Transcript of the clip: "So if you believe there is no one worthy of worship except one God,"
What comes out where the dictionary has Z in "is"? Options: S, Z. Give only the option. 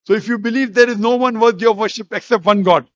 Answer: Z